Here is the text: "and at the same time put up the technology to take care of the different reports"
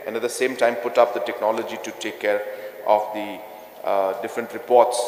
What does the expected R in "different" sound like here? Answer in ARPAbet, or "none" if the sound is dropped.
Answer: R